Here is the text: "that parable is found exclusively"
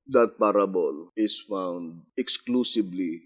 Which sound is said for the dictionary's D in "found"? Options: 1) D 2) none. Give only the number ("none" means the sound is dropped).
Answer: 1